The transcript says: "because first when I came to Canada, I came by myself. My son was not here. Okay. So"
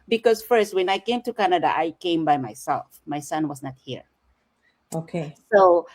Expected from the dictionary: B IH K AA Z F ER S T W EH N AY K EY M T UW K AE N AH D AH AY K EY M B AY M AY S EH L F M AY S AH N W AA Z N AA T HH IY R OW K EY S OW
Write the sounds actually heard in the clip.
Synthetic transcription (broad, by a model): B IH K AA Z F ER S T W EH N AY K EY M T UW K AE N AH D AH AY K EY M B AY M AY S EH L F M AY S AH N W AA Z N AA T HH IY R OW K EY S OW